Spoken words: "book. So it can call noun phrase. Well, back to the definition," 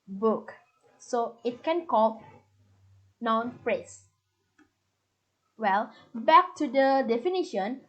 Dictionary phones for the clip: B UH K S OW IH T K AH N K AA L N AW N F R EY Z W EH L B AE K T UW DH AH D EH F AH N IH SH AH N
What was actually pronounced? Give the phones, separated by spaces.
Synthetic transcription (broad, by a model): B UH K S OW IH T K AH N K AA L N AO N P R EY S W EH L B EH K T UW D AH D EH F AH N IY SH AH N